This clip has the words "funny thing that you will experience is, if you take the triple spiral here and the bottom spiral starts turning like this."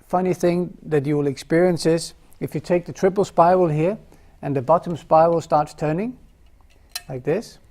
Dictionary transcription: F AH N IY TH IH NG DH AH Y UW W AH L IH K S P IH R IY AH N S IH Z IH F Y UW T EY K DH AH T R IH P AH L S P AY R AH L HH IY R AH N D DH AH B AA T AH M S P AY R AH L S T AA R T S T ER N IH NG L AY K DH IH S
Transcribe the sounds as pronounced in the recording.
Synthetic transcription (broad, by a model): F AH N IY TH IH NG DH AH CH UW W AH L IH K S P IH R IY AH N S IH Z IH F Y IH T EY K DH AH T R IH P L S P AY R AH L HH IY R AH N DH AH B AA T AH M S P AY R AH L S T AA R T S T ER N IH NG L AY K DH IH S